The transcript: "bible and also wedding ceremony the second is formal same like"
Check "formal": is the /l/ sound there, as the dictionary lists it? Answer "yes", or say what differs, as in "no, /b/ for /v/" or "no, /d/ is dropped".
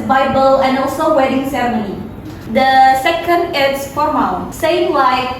no, /n/ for /l/